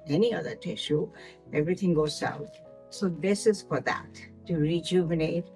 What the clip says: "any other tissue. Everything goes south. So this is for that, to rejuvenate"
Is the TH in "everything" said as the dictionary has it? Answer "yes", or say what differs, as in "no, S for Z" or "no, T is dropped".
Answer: no, T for TH